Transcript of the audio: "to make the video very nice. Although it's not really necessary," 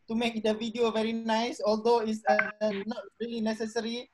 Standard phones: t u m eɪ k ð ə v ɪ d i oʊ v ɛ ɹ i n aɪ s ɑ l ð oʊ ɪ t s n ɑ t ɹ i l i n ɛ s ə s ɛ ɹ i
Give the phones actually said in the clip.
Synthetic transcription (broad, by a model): t u m eɪ k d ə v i d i oʊ v ɛ ɹ i n aɪ s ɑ l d oʊ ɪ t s n ɑ t ɹ i l i n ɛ s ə s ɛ ɹ i